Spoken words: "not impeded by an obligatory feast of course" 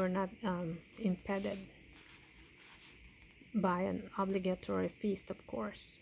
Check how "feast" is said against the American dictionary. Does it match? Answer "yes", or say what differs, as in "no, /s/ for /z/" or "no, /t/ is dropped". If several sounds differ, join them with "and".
yes